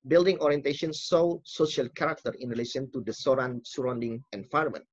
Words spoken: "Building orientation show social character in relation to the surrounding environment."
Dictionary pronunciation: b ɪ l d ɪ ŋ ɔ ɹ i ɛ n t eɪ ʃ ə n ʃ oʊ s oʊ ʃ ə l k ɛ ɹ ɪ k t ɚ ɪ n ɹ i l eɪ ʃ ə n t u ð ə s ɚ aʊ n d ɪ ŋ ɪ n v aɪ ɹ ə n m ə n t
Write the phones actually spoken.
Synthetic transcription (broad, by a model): b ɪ l d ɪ ŋ ɔ ɹ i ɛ n t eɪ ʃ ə n s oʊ s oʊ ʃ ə l k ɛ ɹ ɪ k t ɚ ɪ n ɹ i l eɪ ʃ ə n t u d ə s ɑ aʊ n d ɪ ŋ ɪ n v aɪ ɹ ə m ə n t